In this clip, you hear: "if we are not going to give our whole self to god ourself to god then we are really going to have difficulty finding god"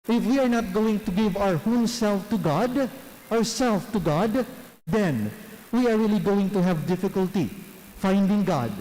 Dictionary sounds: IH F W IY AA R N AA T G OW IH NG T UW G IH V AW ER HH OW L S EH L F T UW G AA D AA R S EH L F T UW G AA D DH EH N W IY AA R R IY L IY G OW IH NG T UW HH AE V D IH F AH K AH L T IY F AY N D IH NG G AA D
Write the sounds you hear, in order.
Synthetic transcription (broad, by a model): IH F W IY AA R N AA T G OW IH NG T UW G IH V AW ER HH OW N S EH L F T UW G AA D AA R S EH L F T UW G AA D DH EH N W IY AA R R IY L IY G OW IH NG T UW HH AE V D IH F AH K AH L T IY F AY N D IH NG G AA D